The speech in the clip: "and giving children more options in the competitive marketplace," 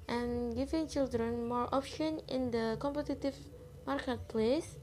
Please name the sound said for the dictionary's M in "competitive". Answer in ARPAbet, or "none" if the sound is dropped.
M